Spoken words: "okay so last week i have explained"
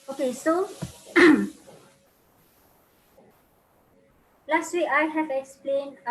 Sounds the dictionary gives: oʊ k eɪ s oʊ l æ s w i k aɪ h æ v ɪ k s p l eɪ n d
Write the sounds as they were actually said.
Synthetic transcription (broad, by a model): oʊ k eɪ s oʊ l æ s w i aɪ h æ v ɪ k s p l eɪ n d